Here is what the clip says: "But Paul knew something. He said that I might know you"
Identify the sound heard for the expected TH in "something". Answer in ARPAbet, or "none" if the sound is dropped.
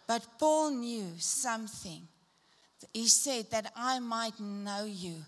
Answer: TH